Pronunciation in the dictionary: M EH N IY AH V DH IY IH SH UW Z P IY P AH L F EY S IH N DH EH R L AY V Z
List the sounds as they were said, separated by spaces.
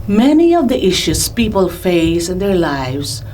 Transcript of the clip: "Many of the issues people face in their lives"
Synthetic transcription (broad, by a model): M EH N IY AH V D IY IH SH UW S P IY P AH L F EY S IH N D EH R L AY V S